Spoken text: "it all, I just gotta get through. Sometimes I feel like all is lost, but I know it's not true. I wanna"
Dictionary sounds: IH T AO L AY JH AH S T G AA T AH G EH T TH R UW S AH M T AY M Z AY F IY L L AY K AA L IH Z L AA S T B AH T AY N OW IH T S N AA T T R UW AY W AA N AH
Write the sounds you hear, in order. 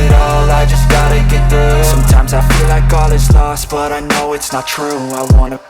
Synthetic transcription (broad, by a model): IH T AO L AY JH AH S G AA T AH G EH T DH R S S AH M T AY M Z AY F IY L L AY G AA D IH S L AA S T B AH T AY N OW IH T S N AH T T R UW AY W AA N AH